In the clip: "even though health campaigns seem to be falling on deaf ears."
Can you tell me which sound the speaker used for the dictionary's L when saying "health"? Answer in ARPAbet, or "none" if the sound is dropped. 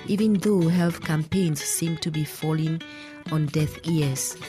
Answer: L